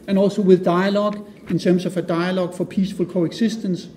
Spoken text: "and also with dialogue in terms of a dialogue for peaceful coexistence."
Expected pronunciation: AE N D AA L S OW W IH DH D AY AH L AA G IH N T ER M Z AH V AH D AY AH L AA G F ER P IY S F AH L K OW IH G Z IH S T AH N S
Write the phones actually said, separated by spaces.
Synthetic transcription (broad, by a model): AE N AA L S OW W IH DH D AY AH L AA G IH N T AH M S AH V AH D AY AH L AA G F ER P IY S F AH L K OW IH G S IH S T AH N S